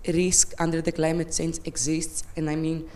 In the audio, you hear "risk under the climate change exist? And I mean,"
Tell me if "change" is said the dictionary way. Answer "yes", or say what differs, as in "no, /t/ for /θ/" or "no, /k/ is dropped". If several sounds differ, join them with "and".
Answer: no, /s/ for /tʃ/